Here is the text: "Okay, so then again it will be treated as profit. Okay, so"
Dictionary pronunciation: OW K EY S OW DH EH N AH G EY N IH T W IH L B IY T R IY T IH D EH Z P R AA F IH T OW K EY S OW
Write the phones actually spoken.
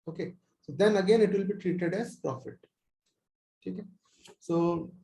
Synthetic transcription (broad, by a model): OW K EY S OW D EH N AH G EY N IH T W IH L B IY T R IY T IH D EH Z P R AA F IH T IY K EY S OW